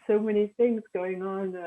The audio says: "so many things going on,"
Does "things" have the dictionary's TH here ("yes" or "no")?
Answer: yes